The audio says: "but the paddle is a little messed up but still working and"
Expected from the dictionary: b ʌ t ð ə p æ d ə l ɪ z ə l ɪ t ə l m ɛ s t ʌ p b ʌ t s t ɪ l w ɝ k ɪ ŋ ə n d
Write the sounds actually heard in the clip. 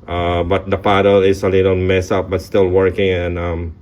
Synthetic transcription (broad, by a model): b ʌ t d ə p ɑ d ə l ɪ s ə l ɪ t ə n m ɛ s ʌ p b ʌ t s t ɪ l w ɝ k ɪ ŋ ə n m